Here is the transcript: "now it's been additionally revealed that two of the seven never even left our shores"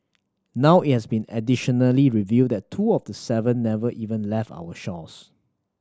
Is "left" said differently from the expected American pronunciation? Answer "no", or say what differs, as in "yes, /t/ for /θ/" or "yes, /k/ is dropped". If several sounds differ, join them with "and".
no